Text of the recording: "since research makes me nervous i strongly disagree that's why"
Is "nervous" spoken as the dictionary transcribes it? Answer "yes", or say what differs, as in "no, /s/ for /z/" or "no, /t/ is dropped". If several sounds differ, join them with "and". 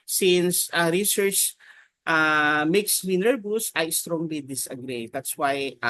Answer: no, /b/ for /v/